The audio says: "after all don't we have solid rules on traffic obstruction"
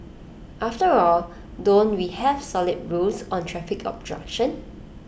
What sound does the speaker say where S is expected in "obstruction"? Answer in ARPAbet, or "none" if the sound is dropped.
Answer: none